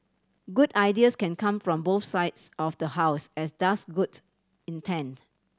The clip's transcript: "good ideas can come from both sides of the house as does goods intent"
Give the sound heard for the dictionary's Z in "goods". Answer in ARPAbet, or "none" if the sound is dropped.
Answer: none